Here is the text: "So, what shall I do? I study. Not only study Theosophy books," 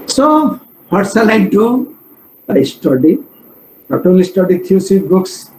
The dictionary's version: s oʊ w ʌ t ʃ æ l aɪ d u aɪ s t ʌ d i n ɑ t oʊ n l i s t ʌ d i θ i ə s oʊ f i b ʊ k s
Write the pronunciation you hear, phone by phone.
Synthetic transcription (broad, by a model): s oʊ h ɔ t s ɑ l aɪ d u aɪ s t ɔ d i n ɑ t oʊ l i s t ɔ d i t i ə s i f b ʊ k s